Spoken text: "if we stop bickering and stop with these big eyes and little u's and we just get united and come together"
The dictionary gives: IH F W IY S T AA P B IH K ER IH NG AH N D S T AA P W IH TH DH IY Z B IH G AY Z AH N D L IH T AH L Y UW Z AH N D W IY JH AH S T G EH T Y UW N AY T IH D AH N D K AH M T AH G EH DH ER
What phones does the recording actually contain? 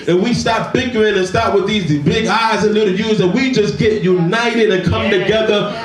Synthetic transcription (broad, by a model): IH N W IY S T AA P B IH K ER IH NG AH N S T AA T W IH DH IY Z B IH G AY Z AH N L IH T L Y UW Z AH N W IY JH AH S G EH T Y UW N AY T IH D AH N K AH M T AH G EH DH ER